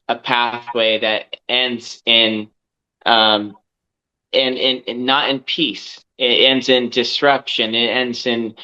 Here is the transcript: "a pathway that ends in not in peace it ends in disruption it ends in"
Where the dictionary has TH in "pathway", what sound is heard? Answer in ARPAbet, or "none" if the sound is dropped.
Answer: TH